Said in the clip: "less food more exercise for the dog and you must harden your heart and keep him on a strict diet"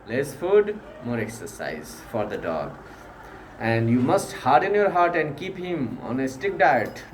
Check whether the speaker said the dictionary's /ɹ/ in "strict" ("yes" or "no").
no